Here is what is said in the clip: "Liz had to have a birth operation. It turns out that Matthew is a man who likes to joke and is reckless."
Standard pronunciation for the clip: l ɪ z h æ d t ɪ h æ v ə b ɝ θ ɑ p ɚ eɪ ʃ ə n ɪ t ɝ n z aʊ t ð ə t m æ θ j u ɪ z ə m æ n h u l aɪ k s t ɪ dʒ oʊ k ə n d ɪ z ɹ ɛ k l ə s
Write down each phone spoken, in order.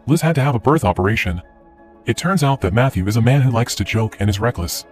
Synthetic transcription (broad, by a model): l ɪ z h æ d t ɪ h v ə b ɝ θ ɑ p ɚ eɪ ʃ ə n ɪ t ɝ n z aʊ t ð ə t m æ θ j u ɪ z ə m æ n h u l aɪ k s t ɪ dʒ oʊ k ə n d ɪ z ɹ ɛ k l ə s